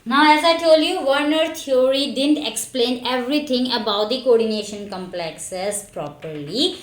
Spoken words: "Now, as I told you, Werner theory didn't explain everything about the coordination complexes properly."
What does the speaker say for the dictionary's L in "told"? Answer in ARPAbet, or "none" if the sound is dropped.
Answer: L